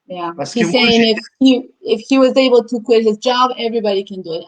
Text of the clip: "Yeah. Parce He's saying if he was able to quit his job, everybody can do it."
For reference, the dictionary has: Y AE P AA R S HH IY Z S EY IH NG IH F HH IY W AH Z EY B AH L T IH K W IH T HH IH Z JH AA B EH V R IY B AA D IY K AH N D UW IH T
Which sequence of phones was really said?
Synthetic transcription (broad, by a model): Y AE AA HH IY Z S EY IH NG IH F HH IY W AH Z EY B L T IH K W IH T HH IH Z JH AA B EH V R IY B AA D IY K AH N D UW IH T